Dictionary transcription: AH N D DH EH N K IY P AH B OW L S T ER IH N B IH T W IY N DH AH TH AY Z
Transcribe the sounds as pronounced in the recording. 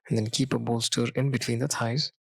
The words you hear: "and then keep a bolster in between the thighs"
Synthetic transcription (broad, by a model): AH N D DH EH N K IY P AH B OW L S T ER IH N B IH T W IY N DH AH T AY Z